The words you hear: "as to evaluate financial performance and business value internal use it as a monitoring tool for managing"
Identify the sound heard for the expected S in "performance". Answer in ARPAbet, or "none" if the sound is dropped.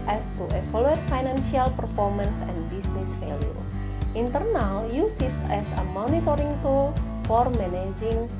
S